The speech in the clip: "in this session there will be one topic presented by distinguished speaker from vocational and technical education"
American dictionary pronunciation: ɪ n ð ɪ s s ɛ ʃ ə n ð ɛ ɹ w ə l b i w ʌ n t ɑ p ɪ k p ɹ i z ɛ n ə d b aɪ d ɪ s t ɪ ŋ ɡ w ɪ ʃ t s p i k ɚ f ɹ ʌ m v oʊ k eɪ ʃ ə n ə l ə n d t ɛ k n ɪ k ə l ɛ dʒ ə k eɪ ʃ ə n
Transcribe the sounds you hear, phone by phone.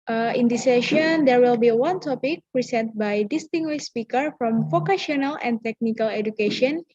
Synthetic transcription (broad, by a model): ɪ n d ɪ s s ɛ ʃ ə n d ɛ ɹ w ə l b i w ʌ n t ɑ p ɪ k p ɹ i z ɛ n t b aɪ d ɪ s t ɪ ŋ ɡ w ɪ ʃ s p i k ɚ f ɹ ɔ m f oʊ k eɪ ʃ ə n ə l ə n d t ɛ k n ɪ k ə l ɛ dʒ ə k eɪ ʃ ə n